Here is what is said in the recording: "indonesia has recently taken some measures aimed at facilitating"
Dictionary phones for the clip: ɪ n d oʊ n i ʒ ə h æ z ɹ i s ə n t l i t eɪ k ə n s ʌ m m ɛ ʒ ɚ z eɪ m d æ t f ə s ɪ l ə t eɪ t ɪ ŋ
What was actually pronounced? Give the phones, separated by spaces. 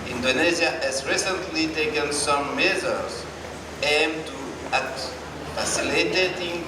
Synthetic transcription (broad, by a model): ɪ n d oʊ n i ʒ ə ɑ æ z ɹ i s ə n t l i t eɪ k ə n s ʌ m m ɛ z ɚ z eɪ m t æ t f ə s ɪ l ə t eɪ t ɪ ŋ